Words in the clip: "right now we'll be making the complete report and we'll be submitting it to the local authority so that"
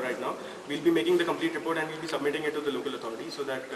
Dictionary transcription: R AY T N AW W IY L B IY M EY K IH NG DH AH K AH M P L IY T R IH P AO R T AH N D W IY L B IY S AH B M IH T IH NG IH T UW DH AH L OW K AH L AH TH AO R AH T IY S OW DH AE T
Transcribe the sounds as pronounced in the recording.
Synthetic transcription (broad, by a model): R AY T N AW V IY L B IY M EY K IH NG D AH K AH M P L IY T R IH P AO R T AH N D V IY L B IY S AH B M IH T IH NG IH T UW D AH L OW K AH L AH T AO R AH T IY S OW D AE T